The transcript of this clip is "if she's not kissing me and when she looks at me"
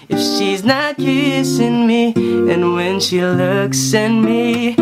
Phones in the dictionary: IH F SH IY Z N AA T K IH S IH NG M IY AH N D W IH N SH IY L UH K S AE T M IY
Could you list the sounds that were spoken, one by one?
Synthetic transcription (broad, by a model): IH F SH IY Z N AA T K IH S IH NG M IY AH N W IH N SH IY L UH K S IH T M IY